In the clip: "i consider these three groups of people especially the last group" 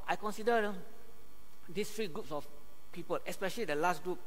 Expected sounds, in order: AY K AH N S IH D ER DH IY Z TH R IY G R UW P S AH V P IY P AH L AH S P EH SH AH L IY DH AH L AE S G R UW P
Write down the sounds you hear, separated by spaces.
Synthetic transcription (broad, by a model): AY K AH N S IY D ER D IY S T R IY G R UW P S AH F P IY P AH L AH S P EH SH AH L IY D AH L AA S G R UW P